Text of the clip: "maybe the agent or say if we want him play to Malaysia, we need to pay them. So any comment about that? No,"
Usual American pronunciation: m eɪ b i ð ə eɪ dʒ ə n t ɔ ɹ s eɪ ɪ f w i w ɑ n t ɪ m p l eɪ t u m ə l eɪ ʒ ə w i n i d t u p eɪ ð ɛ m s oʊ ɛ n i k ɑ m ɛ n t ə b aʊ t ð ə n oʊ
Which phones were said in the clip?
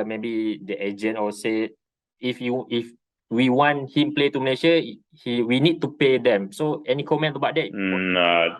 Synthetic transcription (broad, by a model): m eɪ b i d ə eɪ dʒ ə n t ɔ l s eɪ ɪ f w i w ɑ n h ɪ m p l eɪ t u m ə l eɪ ʃ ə w i n i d t u p eɪ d ɛ m s oʊ ɛ n i k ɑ m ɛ n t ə b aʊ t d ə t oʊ